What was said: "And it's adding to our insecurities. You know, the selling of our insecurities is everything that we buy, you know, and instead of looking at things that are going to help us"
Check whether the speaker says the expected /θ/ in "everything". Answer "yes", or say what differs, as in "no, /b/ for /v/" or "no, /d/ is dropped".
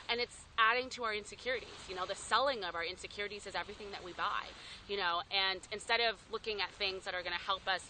yes